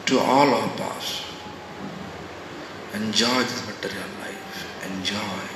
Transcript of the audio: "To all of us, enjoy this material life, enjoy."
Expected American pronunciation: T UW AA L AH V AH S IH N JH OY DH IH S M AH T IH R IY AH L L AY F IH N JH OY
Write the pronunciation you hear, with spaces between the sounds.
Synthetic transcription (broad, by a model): T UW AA L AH P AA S IH N JH OY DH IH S M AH T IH R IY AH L L AY F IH N JH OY